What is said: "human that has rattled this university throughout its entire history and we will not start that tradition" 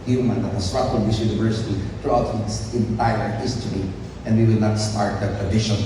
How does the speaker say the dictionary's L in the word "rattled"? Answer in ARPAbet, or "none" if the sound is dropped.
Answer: none